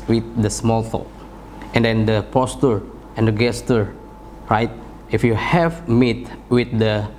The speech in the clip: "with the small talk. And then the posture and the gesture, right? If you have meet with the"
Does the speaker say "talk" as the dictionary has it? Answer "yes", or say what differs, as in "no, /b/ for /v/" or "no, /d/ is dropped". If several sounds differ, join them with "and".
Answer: no, /k/ is dropped